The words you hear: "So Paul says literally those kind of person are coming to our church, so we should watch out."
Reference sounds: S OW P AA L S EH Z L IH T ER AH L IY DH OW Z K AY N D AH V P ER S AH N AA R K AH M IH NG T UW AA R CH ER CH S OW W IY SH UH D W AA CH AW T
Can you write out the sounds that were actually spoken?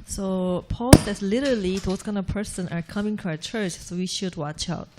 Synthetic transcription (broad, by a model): S OW P AA L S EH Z L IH T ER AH L IY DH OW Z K AY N AH V P ER S AH N AA R K AH M IH NG T UW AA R CH ER CH S OW W IY SH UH D W AA CH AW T